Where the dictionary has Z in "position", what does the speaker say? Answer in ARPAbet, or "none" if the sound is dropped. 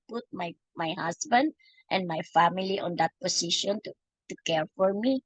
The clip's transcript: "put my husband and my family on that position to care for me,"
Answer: S